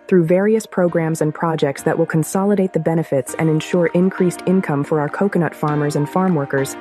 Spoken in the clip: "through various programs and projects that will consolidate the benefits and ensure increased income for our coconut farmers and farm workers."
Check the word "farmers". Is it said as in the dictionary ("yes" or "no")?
yes